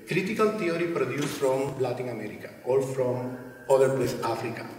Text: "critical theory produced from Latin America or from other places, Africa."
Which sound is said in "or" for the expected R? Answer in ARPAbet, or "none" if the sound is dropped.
L